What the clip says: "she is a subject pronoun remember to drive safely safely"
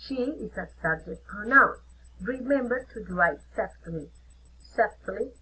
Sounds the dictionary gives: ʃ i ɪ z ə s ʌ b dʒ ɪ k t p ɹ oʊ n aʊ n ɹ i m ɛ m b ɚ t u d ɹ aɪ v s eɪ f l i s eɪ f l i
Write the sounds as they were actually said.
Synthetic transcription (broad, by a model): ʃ i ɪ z ə s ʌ b dʒ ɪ k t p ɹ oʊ n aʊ n ɹ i m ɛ m b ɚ t u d l aɪ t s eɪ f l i s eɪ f l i